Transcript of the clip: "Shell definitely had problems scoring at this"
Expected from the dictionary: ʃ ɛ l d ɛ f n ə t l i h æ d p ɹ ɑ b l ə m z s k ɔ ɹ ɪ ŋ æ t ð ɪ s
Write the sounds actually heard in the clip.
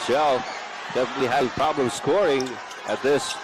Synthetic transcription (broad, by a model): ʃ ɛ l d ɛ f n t w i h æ p ɹ ɑ b l ə m z s k ɔ ɹ ɪ ŋ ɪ t ð ɪ s